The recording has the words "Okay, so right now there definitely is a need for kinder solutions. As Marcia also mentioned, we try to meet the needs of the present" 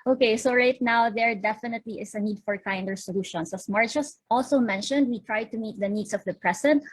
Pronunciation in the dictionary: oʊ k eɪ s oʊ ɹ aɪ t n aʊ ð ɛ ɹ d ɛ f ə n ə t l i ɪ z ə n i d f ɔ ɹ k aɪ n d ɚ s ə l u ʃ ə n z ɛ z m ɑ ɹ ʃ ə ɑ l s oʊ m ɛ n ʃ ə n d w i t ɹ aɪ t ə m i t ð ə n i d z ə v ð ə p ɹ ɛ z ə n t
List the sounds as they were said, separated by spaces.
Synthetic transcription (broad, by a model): oʊ k eɪ s oʊ ɹ aɪ t n aʊ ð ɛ ɹ d ɛ f ə n ə t l i ɪ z ə n i d f ɔ ɹ k aɪ n d ɚ s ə l u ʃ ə n s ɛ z m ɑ ɹ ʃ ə ɑ l s oʊ m ɛ n ʃ ə n d w i t ɹ aɪ t ə m i t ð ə n i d s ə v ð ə p ɹ ɛ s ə n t